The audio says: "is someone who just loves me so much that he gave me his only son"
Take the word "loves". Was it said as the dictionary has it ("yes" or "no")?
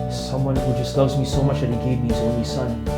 yes